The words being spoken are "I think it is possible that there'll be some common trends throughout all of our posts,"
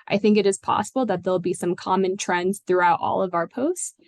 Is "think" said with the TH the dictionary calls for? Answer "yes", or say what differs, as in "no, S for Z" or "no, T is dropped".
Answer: yes